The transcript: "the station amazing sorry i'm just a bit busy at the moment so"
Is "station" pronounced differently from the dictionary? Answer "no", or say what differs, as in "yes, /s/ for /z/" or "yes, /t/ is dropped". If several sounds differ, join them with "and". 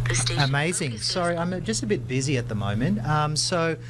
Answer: yes, /ʃ/ is dropped